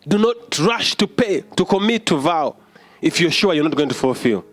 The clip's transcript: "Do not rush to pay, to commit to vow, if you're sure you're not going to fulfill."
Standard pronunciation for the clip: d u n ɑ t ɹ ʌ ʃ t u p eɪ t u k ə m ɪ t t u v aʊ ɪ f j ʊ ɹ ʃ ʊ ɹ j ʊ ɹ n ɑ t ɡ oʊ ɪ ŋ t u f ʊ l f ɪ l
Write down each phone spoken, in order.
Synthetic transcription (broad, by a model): d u n ɑ t ɹ ʌ ʃ t u p eɪ t u k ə m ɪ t t u v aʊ ɪ f j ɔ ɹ ʃ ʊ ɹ j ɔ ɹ n ɑ t ɡ oʊ ɪ ŋ t u f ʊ l f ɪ l